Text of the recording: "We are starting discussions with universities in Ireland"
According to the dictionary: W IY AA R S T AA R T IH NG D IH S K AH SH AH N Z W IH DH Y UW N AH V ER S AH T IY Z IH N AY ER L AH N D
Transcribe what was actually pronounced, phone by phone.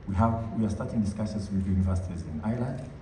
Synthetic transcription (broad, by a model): W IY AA W S T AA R T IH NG D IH S K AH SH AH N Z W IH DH Y UW N AH V ER S AH T IY Z IH N AY L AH N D